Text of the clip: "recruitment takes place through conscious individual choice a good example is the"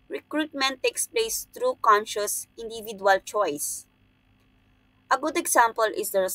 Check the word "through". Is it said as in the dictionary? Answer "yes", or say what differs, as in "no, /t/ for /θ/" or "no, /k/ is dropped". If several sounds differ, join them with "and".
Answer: no, /t/ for /θ/